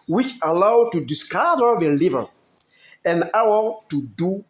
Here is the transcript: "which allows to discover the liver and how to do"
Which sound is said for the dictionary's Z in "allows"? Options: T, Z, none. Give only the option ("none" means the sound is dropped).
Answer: none